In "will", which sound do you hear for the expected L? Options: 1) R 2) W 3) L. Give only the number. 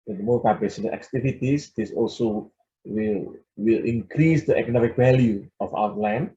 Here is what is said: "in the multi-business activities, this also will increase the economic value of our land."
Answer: 3